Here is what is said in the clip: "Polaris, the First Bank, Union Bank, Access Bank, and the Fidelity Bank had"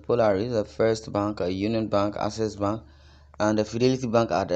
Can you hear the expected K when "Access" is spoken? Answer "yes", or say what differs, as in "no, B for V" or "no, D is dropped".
no, K is dropped